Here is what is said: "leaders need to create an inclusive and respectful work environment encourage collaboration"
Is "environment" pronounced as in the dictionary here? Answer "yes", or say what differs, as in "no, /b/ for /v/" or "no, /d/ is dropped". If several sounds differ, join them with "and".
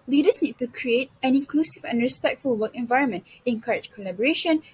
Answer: yes